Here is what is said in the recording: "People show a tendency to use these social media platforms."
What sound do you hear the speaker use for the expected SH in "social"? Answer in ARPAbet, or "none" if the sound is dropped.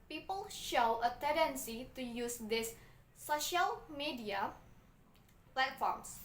SH